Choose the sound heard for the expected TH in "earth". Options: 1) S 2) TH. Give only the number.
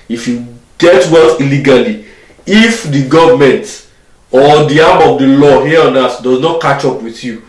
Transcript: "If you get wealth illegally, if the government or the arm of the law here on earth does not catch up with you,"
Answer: 1